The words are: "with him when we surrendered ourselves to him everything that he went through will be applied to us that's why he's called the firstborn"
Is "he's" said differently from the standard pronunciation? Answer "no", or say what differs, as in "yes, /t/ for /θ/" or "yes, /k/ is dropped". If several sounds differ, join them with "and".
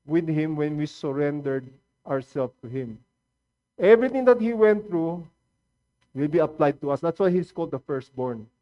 yes, /s/ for /z/